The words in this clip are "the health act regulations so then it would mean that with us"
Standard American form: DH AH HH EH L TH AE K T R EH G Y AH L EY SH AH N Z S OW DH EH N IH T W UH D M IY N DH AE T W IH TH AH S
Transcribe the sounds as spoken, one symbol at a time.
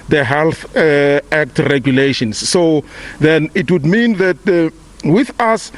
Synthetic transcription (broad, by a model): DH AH HH EH L TH AE K T R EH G Y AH L EY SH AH N S OW DH EH N IH T W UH D M IY N DH AE T W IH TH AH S